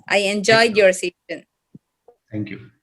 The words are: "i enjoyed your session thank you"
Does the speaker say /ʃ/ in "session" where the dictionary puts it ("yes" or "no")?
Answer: no